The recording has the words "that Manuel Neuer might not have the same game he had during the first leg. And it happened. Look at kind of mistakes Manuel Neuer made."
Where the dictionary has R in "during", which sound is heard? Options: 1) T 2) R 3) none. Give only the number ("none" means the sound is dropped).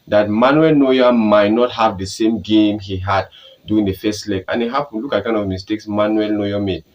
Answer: 3